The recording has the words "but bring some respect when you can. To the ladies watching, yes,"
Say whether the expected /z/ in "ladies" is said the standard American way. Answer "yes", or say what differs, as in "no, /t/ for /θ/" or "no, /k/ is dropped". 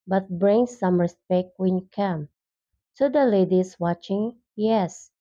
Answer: no, /s/ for /z/